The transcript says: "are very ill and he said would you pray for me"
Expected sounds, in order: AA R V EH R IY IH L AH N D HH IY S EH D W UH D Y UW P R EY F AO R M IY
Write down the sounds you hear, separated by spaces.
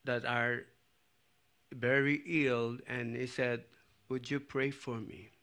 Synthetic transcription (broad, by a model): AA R V EH R IY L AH L D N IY S EH D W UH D Y UW P R EY F AO R M IY